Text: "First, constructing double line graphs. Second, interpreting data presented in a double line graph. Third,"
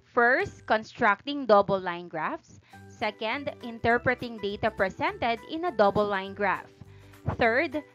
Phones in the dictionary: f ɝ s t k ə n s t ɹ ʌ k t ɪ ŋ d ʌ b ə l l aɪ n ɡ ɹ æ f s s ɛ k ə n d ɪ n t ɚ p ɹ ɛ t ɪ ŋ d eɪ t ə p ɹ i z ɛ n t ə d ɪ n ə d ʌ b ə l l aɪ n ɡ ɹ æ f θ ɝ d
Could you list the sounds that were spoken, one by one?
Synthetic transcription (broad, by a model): f ɝ s t k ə n s t ɹ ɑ k t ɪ ŋ d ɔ b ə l l aɪ n ɡ ɹ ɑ f s s ɛ k ə n d ɪ n t ɚ p ɹ ɛ t ɪ ŋ d eɪ t ə p ɹ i s ɛ n t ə d ɪ n ə d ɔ b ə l l aɪ n ɡ ɹ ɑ f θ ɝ d